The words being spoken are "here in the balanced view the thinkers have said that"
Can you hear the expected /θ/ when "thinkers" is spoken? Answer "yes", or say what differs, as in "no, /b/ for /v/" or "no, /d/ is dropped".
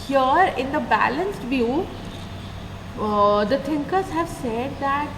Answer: no, /t/ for /θ/